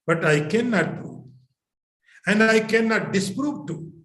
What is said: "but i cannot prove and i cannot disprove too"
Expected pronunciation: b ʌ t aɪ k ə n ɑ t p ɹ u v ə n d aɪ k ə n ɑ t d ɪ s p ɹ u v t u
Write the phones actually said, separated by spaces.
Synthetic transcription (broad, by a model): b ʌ t aɪ k ə n ɑ t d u ə n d aɪ k ə n ɑ t d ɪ s p ɹ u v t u